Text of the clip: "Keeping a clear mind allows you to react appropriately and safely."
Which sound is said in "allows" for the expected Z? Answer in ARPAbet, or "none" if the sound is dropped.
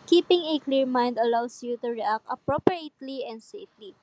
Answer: S